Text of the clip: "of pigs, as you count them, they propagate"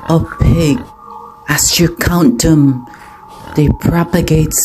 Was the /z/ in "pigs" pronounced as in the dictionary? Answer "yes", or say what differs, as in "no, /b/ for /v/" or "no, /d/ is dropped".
no, /z/ is dropped